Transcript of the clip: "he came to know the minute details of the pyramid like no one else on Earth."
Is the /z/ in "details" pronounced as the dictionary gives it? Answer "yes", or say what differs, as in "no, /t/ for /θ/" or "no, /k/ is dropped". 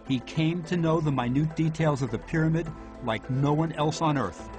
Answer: yes